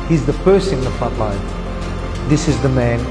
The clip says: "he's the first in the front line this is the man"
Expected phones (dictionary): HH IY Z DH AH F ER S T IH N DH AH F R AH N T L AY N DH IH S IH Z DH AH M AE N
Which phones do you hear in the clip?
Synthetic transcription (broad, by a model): HH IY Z DH AH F ER S IH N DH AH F AH T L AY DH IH S IH Z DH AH M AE N